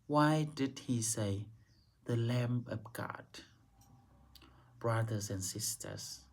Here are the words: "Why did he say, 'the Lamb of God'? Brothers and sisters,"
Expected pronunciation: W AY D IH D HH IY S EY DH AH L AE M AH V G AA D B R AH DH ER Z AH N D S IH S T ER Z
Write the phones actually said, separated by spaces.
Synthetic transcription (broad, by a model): W AY D IH D HH IY S EY DH AH L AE M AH P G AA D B R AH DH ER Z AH N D S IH S T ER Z